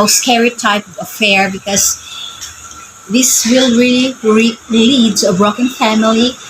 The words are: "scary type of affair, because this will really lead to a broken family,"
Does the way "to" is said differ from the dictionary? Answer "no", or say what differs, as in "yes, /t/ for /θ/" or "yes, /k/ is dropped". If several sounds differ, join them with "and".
yes, /s/ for /t/